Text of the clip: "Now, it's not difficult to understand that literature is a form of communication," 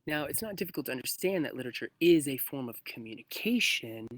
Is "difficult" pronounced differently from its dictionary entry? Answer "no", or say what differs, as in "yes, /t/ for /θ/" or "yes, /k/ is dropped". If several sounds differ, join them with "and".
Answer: yes, /k/ is dropped